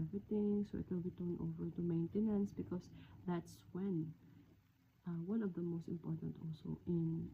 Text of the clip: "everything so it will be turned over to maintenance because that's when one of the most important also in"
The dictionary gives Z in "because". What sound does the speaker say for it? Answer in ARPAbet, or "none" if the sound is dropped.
S